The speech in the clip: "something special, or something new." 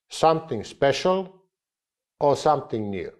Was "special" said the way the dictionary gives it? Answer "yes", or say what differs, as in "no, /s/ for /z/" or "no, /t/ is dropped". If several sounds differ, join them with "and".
yes